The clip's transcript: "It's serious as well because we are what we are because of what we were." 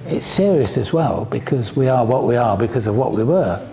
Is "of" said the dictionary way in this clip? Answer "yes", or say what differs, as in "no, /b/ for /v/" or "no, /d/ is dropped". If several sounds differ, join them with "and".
yes